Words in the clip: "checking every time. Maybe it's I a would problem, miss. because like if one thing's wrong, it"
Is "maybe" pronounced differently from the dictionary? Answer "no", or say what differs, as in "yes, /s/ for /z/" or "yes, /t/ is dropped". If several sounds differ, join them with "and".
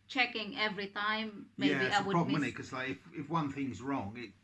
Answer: yes, /b/ is dropped